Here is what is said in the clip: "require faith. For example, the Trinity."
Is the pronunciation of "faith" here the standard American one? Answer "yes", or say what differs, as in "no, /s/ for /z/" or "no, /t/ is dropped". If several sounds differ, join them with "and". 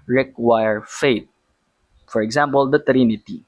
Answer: no, /t/ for /θ/